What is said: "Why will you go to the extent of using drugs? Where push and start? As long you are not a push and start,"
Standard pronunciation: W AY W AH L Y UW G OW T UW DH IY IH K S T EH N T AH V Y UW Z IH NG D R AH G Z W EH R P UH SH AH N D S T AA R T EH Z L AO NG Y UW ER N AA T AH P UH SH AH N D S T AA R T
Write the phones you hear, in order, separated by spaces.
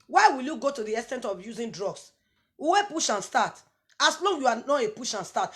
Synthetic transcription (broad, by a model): W AY W AH L Y UW G OW T UW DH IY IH S T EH N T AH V Y UW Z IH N D R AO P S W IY W P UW SH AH N S T AA T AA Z L AO NG Y UW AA N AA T AH P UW SH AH N S T AA T